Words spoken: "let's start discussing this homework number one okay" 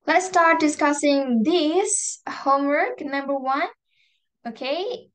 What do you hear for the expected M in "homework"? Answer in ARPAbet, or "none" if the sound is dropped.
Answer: M